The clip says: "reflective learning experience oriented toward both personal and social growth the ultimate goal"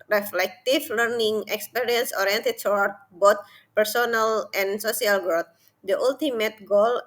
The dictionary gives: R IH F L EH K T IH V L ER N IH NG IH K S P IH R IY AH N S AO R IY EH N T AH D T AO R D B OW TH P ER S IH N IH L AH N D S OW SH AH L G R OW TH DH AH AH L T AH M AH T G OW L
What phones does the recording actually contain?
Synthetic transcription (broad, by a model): R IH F L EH K T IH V L ER N IH NG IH K S P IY R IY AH N S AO R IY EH N T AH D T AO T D B OW T P ER S IH N IH L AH N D S OW S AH L G R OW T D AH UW L T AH M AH T G OW L